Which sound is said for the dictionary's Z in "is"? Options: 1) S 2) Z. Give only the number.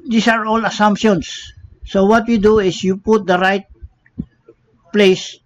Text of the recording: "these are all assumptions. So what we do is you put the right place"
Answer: 1